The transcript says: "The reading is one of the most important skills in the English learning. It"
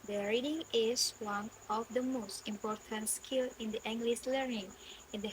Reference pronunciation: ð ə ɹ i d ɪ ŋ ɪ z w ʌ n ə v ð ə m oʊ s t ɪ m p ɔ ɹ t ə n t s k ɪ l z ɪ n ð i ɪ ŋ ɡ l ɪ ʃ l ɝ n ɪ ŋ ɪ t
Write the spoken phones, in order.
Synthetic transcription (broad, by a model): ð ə ɹ i d ɪ ŋ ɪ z w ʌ n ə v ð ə m oʊ s t ɪ m p ɔ ɹ t ə n t s k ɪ l ɪ n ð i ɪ ŋ ɡ l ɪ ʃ l ɝ n ɪ ŋ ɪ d